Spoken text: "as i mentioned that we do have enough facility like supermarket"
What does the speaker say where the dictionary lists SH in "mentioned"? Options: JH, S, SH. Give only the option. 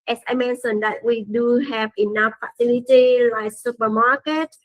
S